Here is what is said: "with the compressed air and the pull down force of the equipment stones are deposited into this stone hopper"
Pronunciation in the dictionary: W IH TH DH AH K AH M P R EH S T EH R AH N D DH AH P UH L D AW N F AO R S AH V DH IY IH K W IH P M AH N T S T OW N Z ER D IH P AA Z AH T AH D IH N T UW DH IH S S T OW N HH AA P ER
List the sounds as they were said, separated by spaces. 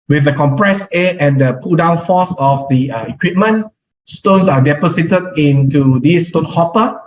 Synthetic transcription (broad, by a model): W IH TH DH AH K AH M P R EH S EH AH N D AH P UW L D AW N F AO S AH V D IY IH K W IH P M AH N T S T OW N S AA D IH P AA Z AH T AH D IH N T UW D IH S S T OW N HH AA P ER